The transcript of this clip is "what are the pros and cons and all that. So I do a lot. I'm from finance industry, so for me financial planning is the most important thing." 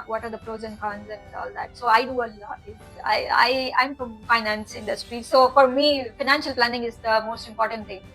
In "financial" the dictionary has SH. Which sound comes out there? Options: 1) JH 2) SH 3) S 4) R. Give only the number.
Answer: 2